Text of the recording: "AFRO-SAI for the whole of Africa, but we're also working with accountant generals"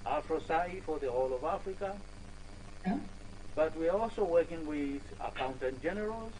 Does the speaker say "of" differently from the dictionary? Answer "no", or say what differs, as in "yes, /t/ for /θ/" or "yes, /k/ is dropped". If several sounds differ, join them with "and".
no